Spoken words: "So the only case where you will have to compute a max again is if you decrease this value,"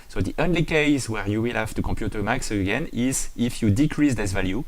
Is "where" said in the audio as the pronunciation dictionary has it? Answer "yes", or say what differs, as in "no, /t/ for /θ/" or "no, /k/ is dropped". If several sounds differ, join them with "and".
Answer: yes